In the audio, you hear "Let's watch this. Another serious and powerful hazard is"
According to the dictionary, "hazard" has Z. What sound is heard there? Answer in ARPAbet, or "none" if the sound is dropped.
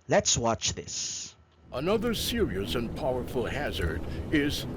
Z